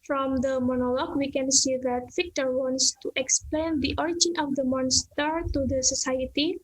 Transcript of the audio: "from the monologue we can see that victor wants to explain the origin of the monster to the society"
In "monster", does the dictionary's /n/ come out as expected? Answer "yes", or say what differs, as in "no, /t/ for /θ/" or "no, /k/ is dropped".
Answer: yes